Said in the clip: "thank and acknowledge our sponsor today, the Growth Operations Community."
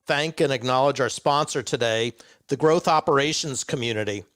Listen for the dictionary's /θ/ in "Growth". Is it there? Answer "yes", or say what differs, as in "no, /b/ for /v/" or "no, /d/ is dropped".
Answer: yes